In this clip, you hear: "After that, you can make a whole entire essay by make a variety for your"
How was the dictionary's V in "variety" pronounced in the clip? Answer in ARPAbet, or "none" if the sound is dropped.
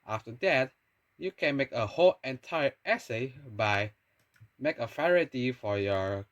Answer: F